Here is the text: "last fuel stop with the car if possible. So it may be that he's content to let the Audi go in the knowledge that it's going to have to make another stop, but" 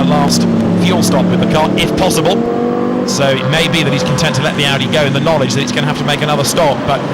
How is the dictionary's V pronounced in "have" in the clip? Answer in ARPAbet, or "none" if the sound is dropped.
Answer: F